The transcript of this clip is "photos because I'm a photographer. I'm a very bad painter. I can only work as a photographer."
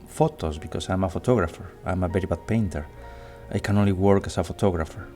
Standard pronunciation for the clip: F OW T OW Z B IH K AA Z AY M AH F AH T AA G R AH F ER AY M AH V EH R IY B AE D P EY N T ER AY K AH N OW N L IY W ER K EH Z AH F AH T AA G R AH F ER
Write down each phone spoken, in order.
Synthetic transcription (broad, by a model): F OW T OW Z B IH K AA S AY M AH F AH T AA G R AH F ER AY M AH B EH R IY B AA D P EY N T ER AY K AH N OW N L IY W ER K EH S AH F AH T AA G R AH F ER